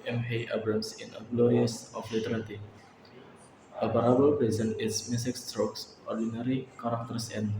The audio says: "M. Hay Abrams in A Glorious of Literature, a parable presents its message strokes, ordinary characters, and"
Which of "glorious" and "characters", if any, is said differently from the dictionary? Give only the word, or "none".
characters